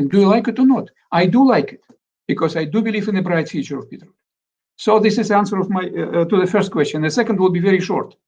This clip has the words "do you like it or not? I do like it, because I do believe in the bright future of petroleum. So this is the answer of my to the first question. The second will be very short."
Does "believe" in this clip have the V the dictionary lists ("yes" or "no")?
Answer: yes